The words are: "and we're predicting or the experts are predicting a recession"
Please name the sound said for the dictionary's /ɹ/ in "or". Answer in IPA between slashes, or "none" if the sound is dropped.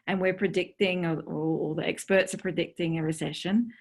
/l/